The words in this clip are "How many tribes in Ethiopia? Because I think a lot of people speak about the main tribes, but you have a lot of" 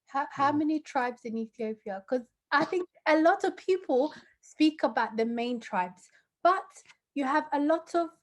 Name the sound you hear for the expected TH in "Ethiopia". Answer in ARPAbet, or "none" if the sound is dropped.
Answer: TH